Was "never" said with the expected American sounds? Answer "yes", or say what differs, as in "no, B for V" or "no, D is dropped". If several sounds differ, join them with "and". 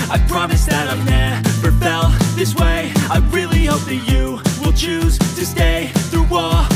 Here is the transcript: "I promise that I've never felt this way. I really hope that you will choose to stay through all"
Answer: no, P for V